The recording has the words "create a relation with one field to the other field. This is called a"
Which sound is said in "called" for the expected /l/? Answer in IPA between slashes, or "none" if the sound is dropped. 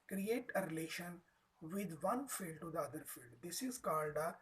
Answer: /n/